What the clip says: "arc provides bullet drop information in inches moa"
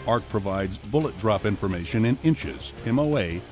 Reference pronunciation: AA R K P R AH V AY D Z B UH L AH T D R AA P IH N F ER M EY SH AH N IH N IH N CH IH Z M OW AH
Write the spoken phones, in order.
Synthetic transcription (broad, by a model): AA R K P R AH V AY D Z B UH L AH T D R AA P IH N F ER M EY SH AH N IH N IH N CH IH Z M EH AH